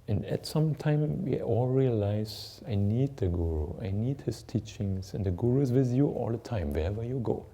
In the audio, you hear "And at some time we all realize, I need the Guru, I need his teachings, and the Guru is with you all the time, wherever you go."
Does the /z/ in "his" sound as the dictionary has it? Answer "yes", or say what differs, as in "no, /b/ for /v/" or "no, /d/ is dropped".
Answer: no, /s/ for /z/